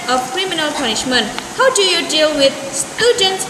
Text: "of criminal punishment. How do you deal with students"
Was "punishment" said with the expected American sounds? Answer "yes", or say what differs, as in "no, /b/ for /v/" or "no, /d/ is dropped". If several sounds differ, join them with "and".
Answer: yes